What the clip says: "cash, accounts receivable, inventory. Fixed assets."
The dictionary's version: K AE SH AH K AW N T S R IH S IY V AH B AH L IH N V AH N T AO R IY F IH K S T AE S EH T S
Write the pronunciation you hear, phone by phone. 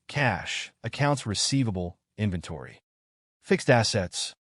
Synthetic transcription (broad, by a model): K AE SH AH K AW N T S R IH S IY V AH B L IH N V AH N T AO R IY F IH K S T AE S EH T S